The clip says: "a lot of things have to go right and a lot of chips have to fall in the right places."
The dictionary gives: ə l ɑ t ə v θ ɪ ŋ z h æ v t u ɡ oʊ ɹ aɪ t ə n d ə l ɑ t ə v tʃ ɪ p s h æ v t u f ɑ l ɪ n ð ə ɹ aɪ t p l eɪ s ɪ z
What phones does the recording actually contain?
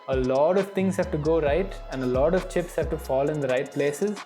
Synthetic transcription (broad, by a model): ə l ɑ t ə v t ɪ ŋ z h æ v t u ɡ oʊ ɹ aɪ t ə n d ə l ɑ t ə v tʃ ɪ p s h æ v t u f ɑ l ɪ n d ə ɹ aɪ t p l eɪ s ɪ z